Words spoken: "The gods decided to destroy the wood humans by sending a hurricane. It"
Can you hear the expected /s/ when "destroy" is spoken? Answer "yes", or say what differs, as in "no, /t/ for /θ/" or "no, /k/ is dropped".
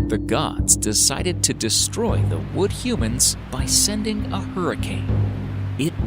yes